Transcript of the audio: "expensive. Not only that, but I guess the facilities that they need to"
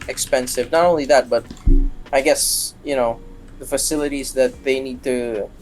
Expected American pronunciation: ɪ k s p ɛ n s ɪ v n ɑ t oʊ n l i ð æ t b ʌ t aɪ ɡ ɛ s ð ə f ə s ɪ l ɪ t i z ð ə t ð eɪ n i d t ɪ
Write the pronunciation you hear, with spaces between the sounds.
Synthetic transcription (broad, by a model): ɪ k s p ɛ n s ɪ v n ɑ t oʊ n l i ð æ t b ʌ t aɪ ɡ ɛ s ð ə f ə s ɪ l ɪ t i z ð ə t ð eɪ n i d t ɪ